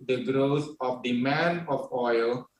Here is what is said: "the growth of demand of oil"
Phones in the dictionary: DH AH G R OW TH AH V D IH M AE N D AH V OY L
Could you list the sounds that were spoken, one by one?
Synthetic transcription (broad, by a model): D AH G R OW T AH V D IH M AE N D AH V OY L